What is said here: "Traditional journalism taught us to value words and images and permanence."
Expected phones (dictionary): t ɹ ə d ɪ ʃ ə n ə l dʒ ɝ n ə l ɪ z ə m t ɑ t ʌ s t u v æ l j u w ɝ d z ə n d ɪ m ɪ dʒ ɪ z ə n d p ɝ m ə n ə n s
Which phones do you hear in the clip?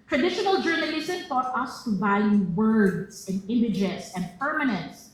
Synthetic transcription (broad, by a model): t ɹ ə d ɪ ʃ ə n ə l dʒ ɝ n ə ɪ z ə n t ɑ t ʌ s t u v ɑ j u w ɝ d s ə n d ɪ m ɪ dʒ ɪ s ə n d p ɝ m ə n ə n s